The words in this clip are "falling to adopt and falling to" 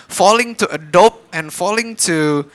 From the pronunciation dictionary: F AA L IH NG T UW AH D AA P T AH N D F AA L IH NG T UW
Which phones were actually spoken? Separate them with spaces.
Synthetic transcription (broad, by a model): F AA L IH NG T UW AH D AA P AH N F AA L IH NG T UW